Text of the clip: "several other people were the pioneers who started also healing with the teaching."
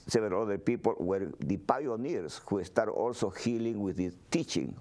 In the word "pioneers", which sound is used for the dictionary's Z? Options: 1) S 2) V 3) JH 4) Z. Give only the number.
1